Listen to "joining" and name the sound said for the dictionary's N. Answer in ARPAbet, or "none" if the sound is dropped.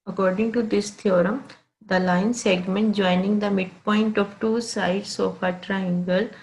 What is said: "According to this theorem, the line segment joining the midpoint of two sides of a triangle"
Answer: N